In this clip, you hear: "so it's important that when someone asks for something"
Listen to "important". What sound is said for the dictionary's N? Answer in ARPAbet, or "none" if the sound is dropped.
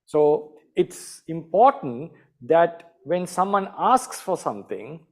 N